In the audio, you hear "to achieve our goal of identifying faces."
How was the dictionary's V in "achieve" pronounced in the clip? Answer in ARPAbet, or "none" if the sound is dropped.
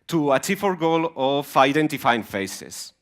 F